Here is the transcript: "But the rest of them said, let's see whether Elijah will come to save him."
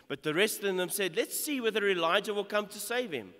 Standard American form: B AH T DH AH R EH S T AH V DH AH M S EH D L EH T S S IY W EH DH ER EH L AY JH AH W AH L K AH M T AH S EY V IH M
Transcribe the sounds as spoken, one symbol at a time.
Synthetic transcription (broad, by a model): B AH T DH AH R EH S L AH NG DH AH M S EH D L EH T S S IY W EH DH ER EH L AY JH AH W AH L K AH M T AH S EY V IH M